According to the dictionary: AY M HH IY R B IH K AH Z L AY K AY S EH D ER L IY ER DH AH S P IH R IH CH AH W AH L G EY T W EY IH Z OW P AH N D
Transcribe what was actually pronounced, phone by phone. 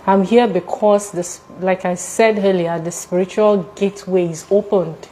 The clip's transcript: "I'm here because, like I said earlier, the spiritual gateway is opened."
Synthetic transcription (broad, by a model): AY M HH IY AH B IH K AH S L AY K AY S EH D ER L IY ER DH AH S P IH R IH CH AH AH L G EY T W EY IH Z OW P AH N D